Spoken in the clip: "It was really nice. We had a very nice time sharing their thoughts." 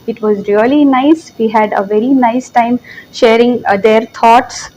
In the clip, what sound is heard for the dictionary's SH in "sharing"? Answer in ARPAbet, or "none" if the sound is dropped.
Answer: SH